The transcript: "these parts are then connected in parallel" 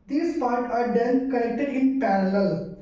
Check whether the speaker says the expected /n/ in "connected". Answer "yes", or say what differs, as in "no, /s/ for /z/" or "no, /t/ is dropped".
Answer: no, /l/ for /n/